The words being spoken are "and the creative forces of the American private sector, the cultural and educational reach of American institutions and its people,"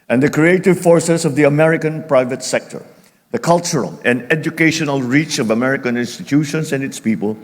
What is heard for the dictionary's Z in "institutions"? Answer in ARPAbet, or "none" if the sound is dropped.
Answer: S